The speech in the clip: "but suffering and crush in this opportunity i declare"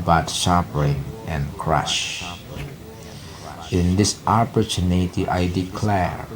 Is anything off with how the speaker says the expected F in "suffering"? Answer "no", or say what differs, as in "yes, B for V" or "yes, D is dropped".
yes, P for F